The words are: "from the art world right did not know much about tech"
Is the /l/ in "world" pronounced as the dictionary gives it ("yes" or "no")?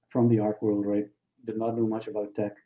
yes